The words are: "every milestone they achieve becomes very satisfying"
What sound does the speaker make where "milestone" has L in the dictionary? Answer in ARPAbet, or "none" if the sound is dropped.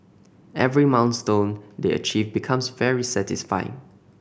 N